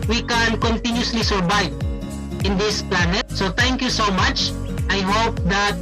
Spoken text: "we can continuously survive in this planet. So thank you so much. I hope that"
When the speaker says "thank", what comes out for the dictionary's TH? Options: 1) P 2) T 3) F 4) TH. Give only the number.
2